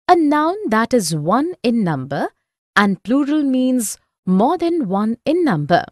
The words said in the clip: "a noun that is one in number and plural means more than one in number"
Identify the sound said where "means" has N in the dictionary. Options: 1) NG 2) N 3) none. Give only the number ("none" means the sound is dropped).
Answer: 2